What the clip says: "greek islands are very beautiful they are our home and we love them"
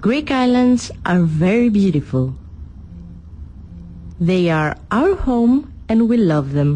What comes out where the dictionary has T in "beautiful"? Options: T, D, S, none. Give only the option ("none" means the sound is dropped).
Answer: T